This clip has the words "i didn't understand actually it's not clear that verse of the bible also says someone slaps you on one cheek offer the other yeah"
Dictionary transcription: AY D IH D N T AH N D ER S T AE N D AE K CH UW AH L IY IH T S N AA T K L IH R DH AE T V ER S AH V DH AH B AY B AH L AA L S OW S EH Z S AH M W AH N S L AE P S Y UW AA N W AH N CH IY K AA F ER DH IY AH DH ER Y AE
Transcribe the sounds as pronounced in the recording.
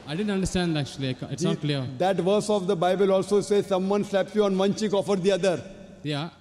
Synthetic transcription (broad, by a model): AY D IH D N T AH N D ER S T AE N D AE K CH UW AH L IY IH T S N AA T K L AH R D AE T V ER S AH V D AH B AY B AH L AA L S OW S EH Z S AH M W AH N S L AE P S Y UW AA N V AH N CH IY K AA F ER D IY AH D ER Y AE